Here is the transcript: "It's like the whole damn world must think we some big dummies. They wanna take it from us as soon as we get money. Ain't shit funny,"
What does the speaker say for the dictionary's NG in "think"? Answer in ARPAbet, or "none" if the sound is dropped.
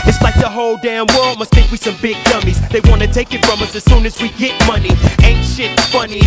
none